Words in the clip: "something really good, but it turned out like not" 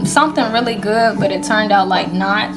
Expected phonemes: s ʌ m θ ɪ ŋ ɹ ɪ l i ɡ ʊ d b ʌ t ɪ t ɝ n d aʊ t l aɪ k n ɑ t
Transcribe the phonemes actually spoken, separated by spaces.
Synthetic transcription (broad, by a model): s ʌ m θ ɪ ŋ ɹ ɪ l i ɡ ʊ d b ʌ t ɪ t ɝ n d aʊ t l aɪ k n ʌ t